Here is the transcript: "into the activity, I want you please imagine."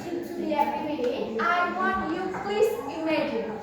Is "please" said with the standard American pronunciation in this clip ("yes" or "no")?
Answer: no